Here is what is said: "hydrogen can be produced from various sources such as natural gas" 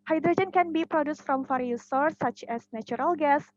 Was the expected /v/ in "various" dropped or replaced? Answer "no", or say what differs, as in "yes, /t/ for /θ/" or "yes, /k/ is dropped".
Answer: yes, /f/ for /v/